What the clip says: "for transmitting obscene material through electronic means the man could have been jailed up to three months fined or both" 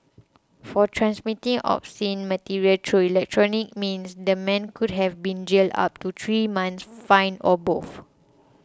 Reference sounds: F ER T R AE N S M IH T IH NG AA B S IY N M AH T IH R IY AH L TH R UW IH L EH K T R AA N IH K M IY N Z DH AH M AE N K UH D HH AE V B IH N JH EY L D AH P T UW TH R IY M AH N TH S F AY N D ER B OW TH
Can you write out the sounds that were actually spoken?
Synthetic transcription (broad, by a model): F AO T R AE N S M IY T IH NG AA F S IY N M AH T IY R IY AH L T R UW IH L EH K T R AA N IH K M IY N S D AH M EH N K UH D HH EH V B IH N JH EY L D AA P T UW T R IY M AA N S F AY N AO B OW F